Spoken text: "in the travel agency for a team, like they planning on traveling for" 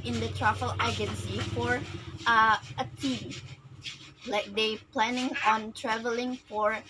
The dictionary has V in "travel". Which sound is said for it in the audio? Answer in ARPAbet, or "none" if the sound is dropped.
F